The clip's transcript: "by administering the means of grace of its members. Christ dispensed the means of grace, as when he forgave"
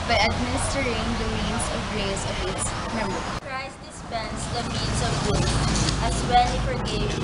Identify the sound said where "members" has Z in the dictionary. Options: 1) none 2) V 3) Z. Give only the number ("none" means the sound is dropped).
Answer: 1